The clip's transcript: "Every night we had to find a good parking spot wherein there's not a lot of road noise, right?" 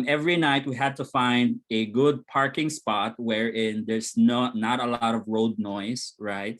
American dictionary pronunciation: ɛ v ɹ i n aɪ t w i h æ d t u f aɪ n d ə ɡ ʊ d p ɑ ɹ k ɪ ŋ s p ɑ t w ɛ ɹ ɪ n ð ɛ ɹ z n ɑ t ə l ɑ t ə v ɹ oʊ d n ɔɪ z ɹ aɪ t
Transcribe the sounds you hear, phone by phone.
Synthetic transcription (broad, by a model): ɛ v ɹ i n aɪ t w i h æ d t u f aɪ n d ə ɡ ʊ d p ɑ ɹ k ɪ ŋ s p ɑ t w ɛ ɹ ɪ n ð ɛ ɹ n n ɑ t ə l ɑ t ə v ɹ oʊ d n ɔɪ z ɹ aɪ t